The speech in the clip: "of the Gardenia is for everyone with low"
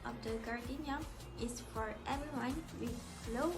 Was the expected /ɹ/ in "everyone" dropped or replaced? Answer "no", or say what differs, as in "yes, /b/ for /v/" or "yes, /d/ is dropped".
yes, /l/ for /ɹ/